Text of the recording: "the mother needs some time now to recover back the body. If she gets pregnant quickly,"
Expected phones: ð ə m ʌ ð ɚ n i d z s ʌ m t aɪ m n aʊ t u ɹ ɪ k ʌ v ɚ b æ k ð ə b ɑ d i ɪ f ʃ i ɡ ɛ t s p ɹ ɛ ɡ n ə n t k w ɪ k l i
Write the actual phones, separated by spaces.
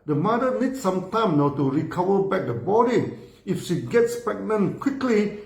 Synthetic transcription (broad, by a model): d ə m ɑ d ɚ n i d s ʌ m t aɪ m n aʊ t u ɹ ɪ k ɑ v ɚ b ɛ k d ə b ɑ d i ɪ f ʃ i ɡ ɛ t s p ɛ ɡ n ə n k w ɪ k l i